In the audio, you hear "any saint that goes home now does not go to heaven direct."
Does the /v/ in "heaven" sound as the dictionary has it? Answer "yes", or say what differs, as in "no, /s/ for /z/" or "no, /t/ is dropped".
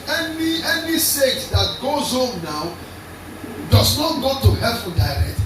no, /f/ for /v/